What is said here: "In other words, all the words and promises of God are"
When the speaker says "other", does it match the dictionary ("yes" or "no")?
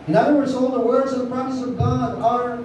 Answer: no